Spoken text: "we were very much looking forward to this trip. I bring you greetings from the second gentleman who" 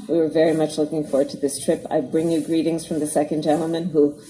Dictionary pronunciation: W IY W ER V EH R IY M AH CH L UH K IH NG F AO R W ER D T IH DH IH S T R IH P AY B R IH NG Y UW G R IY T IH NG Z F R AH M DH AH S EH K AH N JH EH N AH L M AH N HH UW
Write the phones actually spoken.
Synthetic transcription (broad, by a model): W IY W ER V EH R IY M AH CH L UH K IH NG F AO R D T IH DH IH S T R IH P AY B R IH NG Y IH G R IY T IH NG Z F R AH M DH AH S EH K AH N JH EH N L M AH N HH UW